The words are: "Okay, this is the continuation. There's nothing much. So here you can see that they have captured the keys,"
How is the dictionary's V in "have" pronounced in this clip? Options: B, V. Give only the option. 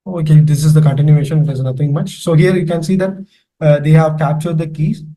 V